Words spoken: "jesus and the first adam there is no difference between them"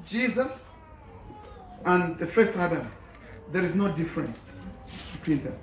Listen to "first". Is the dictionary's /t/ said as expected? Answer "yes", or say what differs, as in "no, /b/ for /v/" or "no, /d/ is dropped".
yes